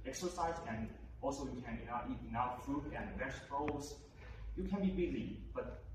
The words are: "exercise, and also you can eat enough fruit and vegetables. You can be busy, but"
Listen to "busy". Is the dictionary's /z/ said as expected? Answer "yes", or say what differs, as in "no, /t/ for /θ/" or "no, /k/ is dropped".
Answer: yes